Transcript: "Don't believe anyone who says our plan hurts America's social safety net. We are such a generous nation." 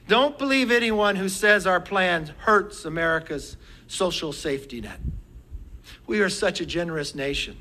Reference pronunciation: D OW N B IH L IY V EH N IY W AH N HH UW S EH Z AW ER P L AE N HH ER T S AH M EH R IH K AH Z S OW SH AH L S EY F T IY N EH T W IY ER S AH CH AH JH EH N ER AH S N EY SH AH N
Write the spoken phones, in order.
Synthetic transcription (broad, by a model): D OW N B IH L IY V EH N IY W AH N HH UW S EH Z AW ER P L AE N HH ER T S AH M EH R IH K AH Z S OW SH L S EY F T IY N EH T W IY ER S AH CH AH JH EH N ER AH S N EY SH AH N